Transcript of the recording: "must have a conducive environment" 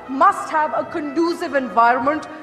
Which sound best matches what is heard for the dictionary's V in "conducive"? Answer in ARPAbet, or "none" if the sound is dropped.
V